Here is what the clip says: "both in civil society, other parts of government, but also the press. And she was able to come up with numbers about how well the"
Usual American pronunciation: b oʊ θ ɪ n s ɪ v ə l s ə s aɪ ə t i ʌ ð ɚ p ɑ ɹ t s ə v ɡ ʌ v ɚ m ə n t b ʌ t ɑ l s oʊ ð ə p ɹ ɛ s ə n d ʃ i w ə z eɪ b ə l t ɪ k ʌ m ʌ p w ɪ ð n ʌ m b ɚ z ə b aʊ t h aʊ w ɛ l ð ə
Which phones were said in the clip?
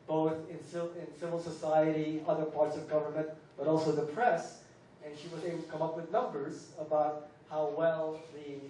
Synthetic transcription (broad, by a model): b oʊ θ ɪ n s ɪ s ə l s ə s aɪ ə t i ʌ ð ɚ p ɑ ɹ t s ə v ɡ ʌ v ɚ m ə n t b ʌ t ɑ l s oʊ ð ə p ɹ ɛ s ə n ʃ i w ə z eɪ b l t ɪ k ʌ m ʌ p w ɪ ð n ʌ m b ɚ z ə b aʊ t h aʊ w ɛ l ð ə